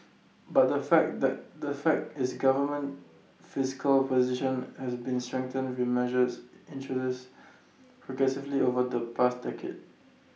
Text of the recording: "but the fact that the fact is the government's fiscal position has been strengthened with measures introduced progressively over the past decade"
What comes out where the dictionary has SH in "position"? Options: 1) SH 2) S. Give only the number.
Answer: 1